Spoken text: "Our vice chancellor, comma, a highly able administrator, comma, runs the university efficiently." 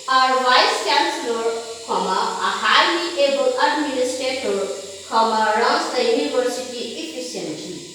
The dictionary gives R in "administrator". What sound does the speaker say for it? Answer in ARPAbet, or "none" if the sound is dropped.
none